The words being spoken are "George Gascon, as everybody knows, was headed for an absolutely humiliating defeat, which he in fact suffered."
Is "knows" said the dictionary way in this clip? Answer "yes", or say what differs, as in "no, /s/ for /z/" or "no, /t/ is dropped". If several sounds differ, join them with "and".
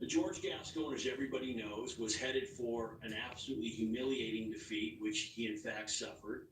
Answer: yes